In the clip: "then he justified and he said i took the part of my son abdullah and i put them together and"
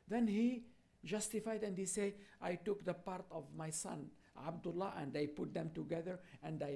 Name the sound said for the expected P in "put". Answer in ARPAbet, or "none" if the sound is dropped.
P